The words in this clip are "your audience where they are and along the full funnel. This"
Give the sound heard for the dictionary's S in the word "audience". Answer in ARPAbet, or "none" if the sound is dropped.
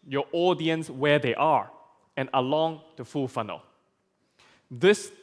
S